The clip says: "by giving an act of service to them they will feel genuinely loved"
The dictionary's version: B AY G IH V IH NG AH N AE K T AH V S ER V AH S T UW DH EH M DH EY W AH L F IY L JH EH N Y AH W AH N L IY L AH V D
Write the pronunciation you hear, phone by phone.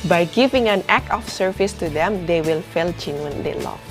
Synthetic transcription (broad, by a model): B AY G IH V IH NG AH N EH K AH F S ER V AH S T UW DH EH M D EY W AH L F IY L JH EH N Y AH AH N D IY L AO